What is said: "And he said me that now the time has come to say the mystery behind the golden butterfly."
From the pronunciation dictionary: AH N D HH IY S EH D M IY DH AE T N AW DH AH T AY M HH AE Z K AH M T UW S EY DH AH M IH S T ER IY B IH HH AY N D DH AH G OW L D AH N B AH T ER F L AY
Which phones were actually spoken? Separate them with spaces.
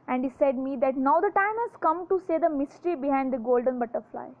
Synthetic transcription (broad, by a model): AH N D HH IY S EH D M IY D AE T N AW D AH T AY M HH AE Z K AH M T UW S EY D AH M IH S T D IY B IH HH AY N D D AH G OW L D AH N B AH T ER F L AY